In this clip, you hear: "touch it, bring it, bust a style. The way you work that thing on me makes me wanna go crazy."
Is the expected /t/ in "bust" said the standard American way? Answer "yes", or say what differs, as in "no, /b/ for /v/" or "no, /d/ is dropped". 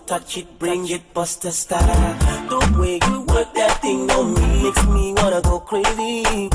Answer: yes